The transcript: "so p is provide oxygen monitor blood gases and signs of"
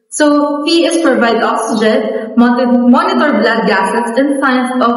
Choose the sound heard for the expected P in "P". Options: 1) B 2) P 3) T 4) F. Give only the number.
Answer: 4